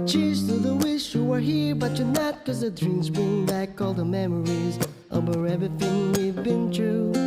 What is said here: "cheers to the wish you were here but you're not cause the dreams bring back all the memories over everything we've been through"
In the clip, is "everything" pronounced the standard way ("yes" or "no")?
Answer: no